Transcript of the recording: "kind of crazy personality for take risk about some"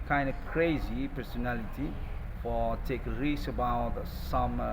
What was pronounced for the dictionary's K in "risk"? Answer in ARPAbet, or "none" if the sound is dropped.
none